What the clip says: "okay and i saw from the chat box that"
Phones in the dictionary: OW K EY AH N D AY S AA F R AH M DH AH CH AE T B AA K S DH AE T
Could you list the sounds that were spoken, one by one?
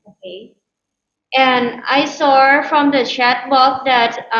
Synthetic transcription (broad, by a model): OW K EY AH N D AY S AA F R AH M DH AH CH AE T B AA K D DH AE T